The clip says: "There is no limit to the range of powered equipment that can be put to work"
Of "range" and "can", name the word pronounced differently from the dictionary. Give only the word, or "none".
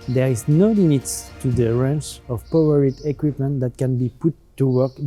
range